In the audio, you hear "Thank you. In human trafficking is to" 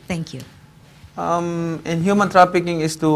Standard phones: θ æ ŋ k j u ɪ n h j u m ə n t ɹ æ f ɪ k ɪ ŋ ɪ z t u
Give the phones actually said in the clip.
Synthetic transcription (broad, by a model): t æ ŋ k j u ɪ n h j u m ə n t ɹ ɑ p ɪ k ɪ ŋ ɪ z t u